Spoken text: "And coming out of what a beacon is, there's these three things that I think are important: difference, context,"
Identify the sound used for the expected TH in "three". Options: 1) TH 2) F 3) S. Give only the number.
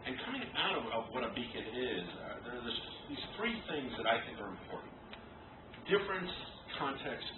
1